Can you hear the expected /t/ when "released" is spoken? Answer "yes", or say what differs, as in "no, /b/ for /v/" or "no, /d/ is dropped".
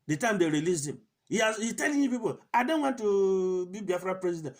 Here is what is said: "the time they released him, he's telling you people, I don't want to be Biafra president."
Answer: no, /t/ is dropped